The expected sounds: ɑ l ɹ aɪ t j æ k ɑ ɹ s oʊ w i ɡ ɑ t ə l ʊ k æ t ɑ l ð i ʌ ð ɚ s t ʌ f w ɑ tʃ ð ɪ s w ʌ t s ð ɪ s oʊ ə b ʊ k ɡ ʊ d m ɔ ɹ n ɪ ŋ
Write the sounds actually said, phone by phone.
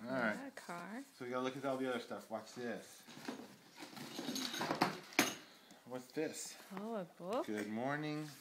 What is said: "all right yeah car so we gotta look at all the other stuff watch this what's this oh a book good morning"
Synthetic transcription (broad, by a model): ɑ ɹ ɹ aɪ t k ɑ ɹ s oʊ w i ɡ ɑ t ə l ʊ k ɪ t ɑ l ð i ʌ ð ɚ s t ʌ f w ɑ s ð ɪ s w ʌ t s ð ɪ s oʊ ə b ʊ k ɡ ʊ d m ɔ ɹ n ɪ ŋ